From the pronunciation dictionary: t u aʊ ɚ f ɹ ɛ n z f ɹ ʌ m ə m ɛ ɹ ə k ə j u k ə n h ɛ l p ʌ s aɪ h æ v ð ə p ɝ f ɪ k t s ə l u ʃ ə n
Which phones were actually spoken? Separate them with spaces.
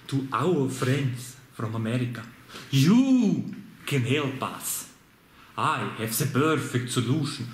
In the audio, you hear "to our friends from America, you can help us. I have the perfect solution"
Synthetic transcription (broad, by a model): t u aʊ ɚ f ɹ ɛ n s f ɹ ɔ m ə m ɛ ɹ ə k ə j u k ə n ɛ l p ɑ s aɪ h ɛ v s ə b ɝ f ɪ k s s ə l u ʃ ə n